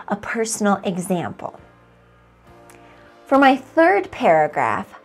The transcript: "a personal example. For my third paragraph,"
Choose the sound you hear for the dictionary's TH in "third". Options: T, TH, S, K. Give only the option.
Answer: TH